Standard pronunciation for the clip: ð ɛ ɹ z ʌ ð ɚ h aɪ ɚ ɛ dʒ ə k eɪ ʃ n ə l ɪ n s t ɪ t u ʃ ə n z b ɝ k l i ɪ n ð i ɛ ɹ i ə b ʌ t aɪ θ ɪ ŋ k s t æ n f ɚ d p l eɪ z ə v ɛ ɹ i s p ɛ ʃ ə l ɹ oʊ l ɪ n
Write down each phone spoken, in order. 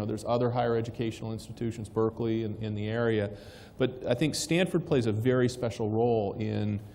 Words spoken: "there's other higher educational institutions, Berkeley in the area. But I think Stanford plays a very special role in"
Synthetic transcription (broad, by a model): ð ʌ ɹ z ʌ ð ɚ h aɪ ɚ ɛ dʒ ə k eɪ ʃ n l ɪ n s t ɪ t u ʃ ə n z b ɝ k l i ɪ n ð i ɛ ɹ i ə b ʌ t aɪ θ ɪ ŋ k s t æ n f ɚ d p l eɪ z ə v ɛ ɹ i s p ɛ ʃ l ɹ oʊ l ɪ n